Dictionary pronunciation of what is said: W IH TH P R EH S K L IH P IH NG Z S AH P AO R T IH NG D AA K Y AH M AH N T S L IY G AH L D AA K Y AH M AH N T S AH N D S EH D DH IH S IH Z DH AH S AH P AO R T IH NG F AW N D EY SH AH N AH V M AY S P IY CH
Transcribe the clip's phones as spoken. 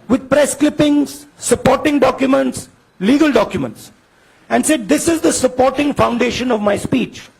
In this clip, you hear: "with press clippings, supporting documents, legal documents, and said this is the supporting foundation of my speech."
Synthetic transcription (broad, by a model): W IH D P R EH S K L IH P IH NG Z S AH P AO R T IH NG D AA K Y AH M AH N T S L IY G AH L D AA K Y AH M AH N T S AH N D S EH D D IH S IH Z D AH S AH P AO R T IH NG F AW N D EY SH AH N AH V M AY S P IY CH